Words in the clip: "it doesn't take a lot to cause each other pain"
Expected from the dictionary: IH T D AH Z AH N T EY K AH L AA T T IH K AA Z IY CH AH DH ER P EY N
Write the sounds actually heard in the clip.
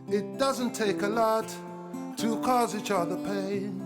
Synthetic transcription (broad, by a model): IH T D AH Z AH N T EY K AH L AA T T IH K AA Z IY CH AH DH ER P EY N